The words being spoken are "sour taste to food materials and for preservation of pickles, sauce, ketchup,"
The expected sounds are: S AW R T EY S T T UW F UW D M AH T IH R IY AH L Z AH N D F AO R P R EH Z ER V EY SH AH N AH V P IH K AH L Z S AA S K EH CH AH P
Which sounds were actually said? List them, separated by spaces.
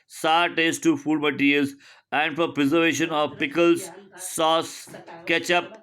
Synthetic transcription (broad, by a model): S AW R T EY S T T UW F UW D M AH T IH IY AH Z AH N D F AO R P R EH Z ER V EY SH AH N AH V P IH K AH L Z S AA S K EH CH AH P